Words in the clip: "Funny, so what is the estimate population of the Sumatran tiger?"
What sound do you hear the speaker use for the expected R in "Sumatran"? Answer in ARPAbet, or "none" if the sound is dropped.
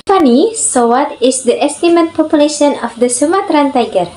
R